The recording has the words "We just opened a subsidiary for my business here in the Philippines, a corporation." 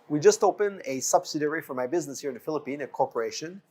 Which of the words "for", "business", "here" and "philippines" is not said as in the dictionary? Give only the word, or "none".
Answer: philippines